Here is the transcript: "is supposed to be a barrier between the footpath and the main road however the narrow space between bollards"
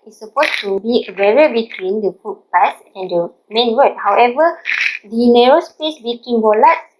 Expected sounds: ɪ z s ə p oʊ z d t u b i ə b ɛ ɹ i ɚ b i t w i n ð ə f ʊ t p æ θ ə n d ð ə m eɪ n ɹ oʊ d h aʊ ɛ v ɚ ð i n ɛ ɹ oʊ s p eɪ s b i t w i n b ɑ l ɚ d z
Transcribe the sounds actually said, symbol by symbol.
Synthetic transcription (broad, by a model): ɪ s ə p oʊ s t u b i ə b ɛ ɹ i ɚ b i t w i n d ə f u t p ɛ s ə n d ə m eɪ n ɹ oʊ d h aʊ ɛ v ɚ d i n ɛ ɹ oʊ s p eɪ s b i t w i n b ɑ l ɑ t